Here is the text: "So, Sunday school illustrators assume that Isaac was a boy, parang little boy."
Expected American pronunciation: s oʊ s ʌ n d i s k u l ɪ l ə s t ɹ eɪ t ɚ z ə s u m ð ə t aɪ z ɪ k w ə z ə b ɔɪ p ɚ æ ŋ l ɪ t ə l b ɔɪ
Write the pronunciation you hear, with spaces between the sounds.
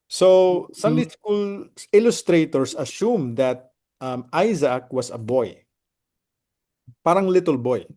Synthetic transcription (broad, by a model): s oʊ s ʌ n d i s k u l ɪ l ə s t ɹ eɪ t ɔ s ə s u m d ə t aɪ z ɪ k w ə s ə b ɔɪ p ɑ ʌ ŋ l ɪ t ə l b ɔɪ